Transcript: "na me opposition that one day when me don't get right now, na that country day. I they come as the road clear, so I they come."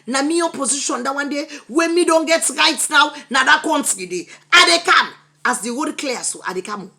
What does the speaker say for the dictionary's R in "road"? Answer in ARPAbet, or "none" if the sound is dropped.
W